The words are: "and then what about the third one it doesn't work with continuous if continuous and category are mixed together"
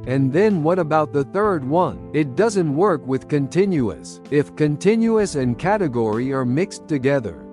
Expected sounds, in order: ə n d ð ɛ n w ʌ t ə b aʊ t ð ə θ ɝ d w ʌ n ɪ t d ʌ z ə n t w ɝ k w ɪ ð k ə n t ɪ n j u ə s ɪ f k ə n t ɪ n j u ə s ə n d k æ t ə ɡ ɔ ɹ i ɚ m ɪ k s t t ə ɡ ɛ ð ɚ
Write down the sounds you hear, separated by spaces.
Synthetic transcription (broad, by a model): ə n ð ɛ n w ʌ t ə b aʊ t ð ə θ ɝ d w ʌ n ɪ t d ʌ z ə n t w ɝ k w ɪ ð k ə n t ɪ n j u ə s ɪ f k ə n t ɪ n j u ə s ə n k æ t ə ɡ ɔ ɹ i ɚ m ɪ k s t t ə ɡ ɛ ð ɚ